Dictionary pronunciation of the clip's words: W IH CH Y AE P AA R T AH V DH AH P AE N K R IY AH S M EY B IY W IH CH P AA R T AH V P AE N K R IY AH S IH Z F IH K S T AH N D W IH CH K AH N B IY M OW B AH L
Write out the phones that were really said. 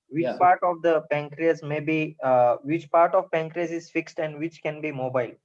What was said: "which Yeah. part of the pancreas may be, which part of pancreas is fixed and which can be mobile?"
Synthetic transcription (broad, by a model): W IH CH P AA R T AH V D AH P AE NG K R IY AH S M EY B IY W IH CH P AA R T AH V P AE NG K R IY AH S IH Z F IH K S T AH N D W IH CH K AH N B IY M OW B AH L